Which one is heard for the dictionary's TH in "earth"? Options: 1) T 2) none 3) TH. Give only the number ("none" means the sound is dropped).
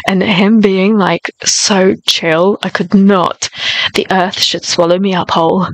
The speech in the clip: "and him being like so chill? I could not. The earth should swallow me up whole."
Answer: 3